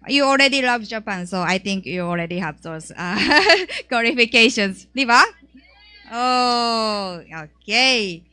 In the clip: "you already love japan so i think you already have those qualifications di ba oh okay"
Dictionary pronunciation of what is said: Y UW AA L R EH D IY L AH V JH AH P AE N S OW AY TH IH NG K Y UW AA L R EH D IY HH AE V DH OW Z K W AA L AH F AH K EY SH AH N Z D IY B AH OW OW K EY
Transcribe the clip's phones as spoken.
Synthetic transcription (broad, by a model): Y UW AA L R EH D IY L AH V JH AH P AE N S OW AY T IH NG K Y UW AA L R EH D IY HH AE V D OW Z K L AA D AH F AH K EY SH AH N S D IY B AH OW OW K EY